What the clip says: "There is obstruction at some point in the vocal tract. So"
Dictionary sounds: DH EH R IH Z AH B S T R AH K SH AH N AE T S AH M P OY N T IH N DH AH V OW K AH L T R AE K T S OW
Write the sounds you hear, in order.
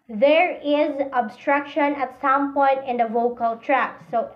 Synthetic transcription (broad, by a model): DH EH R IH Z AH B S T R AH K SH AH N AE T S AH M P OY N T IH N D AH V OW K AH L T R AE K S OW